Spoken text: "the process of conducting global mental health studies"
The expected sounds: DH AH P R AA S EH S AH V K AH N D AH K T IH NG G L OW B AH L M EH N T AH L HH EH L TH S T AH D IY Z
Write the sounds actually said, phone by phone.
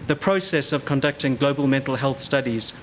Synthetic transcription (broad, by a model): DH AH P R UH S EH S AH V K AH N D AH K T IH NG G L OW B AH L M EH N T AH L HH EH L TH S T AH D IY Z